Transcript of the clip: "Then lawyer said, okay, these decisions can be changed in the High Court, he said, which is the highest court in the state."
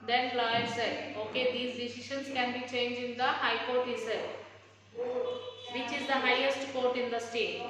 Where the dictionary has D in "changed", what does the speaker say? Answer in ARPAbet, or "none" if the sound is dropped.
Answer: none